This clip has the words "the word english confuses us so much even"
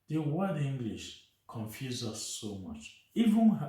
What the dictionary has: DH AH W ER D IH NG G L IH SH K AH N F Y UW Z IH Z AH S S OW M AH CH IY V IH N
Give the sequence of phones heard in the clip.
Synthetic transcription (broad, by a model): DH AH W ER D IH NG G L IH SH K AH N F Y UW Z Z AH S S OW M AH CH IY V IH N